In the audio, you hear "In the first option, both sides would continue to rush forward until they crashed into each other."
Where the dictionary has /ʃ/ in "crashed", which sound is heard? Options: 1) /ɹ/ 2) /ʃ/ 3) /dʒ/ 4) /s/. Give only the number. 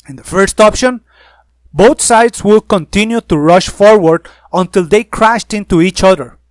2